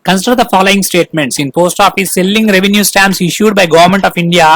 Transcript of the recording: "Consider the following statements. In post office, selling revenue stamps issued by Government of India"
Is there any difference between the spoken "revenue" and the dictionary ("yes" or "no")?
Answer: no